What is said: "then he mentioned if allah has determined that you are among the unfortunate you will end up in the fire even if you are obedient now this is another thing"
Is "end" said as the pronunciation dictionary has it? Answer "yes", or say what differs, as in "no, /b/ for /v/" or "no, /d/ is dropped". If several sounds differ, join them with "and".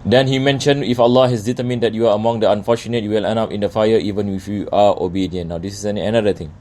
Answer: no, /d/ is dropped